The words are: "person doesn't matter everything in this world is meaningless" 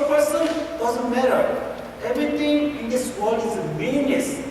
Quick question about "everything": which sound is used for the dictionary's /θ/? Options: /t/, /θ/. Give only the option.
/t/